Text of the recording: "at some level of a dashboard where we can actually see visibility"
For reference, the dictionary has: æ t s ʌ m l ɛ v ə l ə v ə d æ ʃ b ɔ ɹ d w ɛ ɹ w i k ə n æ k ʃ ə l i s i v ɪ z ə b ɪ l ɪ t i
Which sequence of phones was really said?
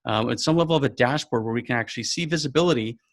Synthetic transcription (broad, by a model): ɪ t s ʌ m l ɛ v l ə v ə d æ ʃ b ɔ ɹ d w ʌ ɹ w i k ə n æ k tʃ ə l i s i v ɪ z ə b ɪ l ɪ t i